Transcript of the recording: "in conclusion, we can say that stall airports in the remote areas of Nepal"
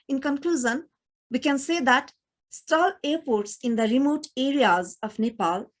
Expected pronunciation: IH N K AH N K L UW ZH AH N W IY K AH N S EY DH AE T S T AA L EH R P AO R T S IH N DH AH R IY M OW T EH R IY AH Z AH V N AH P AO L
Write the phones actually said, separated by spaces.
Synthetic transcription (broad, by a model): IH N K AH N K L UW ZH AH N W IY K AH N S EY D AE T S T AA L EH R P AO R T S IH N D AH R IY M OW T EH R IY AH Z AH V N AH P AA L